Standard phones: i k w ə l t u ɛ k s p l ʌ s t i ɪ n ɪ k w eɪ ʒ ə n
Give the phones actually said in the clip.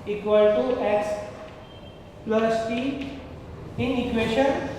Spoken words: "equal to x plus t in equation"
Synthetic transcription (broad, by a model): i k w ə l t u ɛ s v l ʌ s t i ɪ n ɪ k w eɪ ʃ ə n